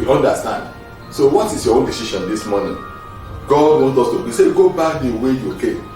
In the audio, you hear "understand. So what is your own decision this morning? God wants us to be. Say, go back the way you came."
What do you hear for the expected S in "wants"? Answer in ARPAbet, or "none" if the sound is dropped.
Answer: none